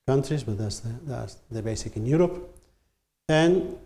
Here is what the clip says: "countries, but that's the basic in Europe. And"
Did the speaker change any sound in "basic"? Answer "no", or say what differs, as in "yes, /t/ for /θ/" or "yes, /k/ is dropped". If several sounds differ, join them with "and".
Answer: no